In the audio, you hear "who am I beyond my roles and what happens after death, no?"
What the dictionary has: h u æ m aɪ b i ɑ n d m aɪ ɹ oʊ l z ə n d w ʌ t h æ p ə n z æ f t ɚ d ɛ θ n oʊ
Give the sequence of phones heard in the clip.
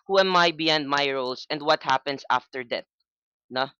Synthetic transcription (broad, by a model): h u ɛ m aɪ b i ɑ n d m aɪ ɹ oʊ l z ə n d w ʌ t h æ p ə n s æ f t ɚ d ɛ t n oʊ